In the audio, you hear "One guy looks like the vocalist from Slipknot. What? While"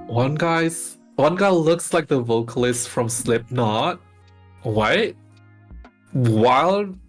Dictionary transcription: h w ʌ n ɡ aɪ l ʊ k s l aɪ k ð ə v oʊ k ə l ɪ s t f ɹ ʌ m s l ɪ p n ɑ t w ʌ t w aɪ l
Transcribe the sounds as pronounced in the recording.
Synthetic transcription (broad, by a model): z w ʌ n ɡ aɪ l ʊ k s l aɪ k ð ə v oʊ k ə l ɪ s t f ɹ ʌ m s l ɪ p n ɑ t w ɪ t w aɪ l